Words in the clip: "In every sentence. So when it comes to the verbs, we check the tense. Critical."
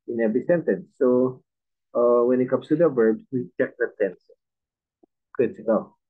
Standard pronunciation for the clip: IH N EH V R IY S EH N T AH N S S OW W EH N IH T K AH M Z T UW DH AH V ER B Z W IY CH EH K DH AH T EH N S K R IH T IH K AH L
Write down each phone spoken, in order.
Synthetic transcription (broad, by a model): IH N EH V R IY S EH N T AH N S S OW W EH N IH T K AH M S T UW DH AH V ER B S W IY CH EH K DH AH T EH N S K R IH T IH K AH L